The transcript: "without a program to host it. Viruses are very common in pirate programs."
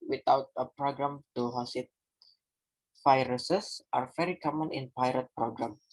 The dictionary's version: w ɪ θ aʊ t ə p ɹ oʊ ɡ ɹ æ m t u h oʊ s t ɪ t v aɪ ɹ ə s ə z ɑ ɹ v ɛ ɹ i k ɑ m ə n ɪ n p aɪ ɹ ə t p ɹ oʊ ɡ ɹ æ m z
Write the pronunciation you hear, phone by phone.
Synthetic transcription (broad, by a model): w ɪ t aʊ t ə p ɹ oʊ ɡ ɹ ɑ m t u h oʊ s ɪ t f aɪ ɹ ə s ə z ɑ ɹ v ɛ ɹ i k ɑ m ə n ɪ n p aɪ ɹ ə t p ɹ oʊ ɡ ɹ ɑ m